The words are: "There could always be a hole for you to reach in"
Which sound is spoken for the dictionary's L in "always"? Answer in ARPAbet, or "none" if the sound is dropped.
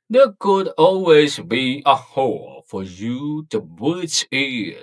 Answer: L